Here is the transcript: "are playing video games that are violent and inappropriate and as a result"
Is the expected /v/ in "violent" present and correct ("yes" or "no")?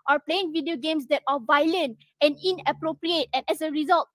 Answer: yes